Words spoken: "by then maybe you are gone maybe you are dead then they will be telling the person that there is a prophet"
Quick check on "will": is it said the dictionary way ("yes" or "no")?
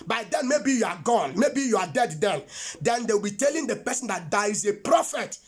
no